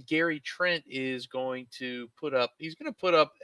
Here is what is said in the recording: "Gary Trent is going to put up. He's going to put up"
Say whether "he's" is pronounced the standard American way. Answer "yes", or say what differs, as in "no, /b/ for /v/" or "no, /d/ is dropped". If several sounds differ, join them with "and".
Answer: yes